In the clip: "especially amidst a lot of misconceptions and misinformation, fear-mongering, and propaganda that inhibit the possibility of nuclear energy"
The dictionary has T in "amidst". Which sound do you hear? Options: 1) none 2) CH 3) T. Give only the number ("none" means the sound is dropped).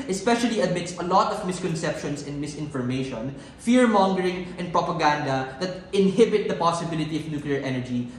1